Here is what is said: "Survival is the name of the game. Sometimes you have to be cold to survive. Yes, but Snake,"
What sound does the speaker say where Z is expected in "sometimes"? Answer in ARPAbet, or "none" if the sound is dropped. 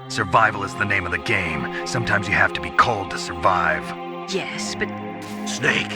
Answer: Z